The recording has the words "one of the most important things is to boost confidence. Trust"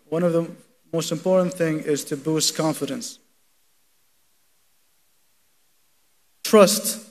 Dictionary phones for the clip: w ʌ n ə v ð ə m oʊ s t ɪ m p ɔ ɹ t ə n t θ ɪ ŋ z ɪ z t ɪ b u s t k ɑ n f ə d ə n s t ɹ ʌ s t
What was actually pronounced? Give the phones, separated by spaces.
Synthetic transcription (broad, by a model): w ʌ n ə v ð ə m oʊ s t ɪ m p ɔ ɹ t n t θ ɪ ŋ ɪ z t ɪ b u s t k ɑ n f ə d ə n s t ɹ ʌ s t